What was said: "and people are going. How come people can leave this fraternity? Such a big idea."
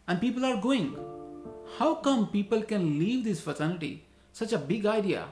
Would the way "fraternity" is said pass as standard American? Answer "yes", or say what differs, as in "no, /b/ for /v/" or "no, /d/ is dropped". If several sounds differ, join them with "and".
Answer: no, /ɹ/ is dropped and /s/ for /t/ and /l/ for /n/